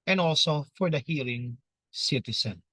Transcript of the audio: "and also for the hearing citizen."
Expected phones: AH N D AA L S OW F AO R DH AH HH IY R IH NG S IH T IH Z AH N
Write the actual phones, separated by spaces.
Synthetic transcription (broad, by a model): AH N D AA L S OW F AO R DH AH HH IY L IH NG S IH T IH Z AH N